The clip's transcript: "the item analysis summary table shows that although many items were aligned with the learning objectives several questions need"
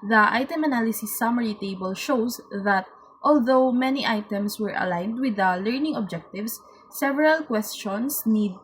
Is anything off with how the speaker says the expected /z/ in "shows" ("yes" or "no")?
yes